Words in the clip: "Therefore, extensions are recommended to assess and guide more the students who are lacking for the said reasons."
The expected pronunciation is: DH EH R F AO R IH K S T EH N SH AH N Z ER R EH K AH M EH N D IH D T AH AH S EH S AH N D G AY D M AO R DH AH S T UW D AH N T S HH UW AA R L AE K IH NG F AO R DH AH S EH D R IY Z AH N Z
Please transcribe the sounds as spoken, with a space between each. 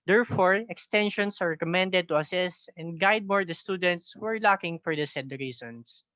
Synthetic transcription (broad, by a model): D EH R F AO R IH K S T EH N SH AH N S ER R EH K AH M EH N D IH D T AH AH S EH S AH N D G AY D M AO R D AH S T UW D AH N T S HH UW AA R L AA K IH NG F AO R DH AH S EH D R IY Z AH N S